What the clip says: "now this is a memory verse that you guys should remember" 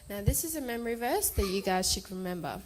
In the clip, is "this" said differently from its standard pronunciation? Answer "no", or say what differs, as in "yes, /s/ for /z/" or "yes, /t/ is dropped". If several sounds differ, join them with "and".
no